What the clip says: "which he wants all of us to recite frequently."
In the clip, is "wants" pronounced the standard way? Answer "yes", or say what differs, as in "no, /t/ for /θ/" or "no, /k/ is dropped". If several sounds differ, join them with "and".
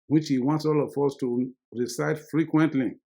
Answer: yes